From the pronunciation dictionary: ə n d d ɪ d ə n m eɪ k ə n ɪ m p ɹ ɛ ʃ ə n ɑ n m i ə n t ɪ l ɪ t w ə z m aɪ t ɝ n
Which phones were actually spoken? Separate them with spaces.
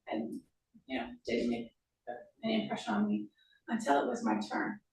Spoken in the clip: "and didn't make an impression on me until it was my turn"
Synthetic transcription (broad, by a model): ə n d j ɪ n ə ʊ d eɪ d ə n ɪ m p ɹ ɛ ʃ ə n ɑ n m i ə n t ɪ l ɪ t w ə z m aɪ t ɝ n